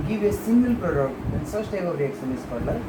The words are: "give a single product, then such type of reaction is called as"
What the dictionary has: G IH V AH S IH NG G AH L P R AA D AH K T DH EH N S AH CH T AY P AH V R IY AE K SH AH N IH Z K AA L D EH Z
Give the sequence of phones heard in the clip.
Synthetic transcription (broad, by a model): G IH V AH S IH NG G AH L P R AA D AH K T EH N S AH S T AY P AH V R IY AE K S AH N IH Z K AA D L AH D